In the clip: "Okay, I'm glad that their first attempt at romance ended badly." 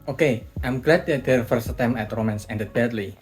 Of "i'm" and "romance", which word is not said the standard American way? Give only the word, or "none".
none